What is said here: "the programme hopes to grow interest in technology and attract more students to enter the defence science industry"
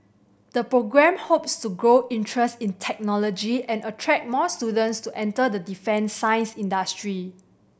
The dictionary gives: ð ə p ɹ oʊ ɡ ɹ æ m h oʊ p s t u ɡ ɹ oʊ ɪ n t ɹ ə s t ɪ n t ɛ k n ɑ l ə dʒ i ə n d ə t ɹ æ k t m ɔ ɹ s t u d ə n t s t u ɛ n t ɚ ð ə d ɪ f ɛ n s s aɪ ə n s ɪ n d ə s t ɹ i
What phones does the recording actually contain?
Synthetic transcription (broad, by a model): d ə p ɹ oʊ ɡ ɹ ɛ m h oʊ p s t u ɡ ɹ oʊ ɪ n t ɹ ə s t ɪ n t ɛ k n ɑ l ə dʒ i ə n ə t ɹ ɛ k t m ɔ s t u d ə n t s t u ɛ n t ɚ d ə d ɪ f ɛ n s s aɪ ə n s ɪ n d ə s t ɹ i